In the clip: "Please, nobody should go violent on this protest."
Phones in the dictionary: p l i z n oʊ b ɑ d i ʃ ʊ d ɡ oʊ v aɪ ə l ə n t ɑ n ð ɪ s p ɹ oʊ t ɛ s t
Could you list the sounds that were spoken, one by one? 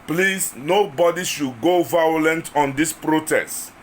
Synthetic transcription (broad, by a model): p l i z n oʊ b ɑ d i ʃ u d ɡ oʊ v aɪ ə l ə n t ɑ n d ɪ s p ɹ oʊ t ɛ s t